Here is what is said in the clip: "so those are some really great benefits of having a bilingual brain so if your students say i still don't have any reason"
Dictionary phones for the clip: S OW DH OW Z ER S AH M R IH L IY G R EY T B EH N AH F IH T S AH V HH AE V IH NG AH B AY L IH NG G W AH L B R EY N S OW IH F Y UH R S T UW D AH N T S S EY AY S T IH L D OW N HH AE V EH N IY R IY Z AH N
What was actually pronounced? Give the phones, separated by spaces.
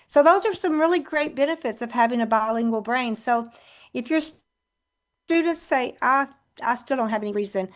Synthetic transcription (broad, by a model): S OW DH OW Z ER S AH M R IH L IY G R EY T B EH N AH F IH T S AH V HH AE V IH NG AH B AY L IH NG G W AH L B R EY N S OW IH F Y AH R S T UW D N T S S EY AY S T IH L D OW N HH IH V EH N IY R IY Z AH N